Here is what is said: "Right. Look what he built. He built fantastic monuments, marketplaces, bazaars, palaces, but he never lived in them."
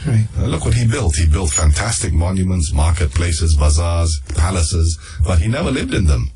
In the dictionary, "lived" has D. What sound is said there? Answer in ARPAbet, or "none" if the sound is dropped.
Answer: D